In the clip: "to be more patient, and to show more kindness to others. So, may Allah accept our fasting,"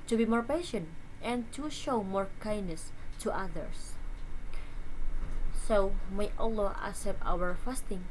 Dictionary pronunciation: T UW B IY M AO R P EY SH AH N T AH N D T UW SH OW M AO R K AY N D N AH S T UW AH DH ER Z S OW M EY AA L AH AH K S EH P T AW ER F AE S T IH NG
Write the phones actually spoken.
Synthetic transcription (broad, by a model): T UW B IY M AO R P EY SH AH N T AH N T UW SH OW M AO R K AY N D N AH S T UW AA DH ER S S OW M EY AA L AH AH S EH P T AW ER F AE S T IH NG